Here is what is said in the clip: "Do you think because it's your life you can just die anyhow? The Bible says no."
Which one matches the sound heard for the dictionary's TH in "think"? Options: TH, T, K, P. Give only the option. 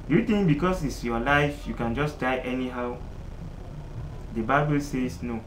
T